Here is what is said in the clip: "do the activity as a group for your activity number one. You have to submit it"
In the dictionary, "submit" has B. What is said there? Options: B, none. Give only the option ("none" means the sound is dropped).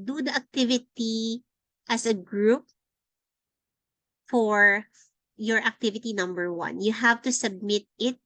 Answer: B